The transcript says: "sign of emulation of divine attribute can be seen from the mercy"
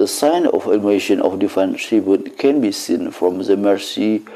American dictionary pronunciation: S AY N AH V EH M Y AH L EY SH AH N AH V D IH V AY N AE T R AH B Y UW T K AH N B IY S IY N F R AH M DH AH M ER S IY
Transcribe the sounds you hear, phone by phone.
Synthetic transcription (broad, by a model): S AY N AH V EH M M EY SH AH N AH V D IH F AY N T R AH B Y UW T K AH N B IY S IY N F R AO M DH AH M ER S IY